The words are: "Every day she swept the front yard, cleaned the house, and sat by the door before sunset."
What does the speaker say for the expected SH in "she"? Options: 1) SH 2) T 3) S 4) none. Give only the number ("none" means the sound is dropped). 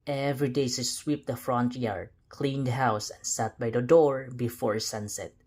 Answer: 3